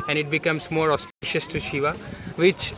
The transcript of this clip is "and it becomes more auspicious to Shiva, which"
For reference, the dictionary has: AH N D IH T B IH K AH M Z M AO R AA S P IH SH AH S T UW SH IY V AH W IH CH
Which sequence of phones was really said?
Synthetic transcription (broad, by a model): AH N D IH T B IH K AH M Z M AO R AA S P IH SH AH S T UW SH IY V AH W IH CH